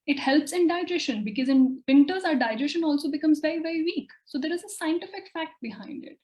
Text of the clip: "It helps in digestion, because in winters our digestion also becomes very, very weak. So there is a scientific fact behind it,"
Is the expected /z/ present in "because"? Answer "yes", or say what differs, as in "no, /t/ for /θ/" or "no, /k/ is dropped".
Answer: yes